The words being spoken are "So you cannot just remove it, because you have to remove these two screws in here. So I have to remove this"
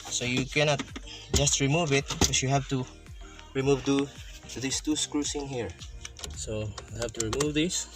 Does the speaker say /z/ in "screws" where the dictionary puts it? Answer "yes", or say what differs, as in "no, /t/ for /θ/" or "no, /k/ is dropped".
no, /s/ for /z/